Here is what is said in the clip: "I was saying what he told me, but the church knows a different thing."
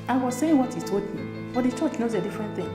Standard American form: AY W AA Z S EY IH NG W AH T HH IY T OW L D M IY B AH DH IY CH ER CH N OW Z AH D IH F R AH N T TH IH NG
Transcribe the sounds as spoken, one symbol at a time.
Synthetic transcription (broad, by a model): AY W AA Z S EY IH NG W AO T HH IY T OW D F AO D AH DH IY CH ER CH N OW Z AH D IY F R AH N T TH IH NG